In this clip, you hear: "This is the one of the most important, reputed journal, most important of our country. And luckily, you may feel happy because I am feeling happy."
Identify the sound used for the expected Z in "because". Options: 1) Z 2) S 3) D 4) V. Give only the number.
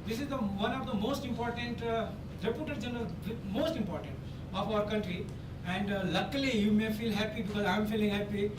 1